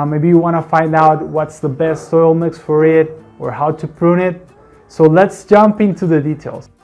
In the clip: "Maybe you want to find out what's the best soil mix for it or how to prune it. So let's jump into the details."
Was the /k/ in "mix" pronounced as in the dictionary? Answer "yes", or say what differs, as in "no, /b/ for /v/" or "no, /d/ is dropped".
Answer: yes